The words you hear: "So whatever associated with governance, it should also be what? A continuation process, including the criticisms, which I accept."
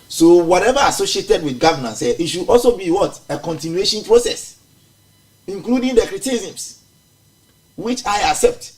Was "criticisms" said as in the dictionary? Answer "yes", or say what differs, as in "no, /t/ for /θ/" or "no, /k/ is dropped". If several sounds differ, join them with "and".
no, /s/ is dropped and /s/ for /z/